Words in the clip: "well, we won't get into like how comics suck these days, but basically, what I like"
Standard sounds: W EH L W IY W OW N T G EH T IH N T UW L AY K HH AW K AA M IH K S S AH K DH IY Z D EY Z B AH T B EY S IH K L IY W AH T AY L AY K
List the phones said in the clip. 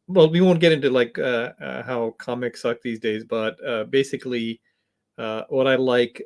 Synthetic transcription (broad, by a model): W EH L W IY W OW N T G EH T IH N T UW L AY K HH AW K AA M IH K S S AH K DH IY Z D EY Z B AH T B EY S IH K L IY W AH T AY L AY K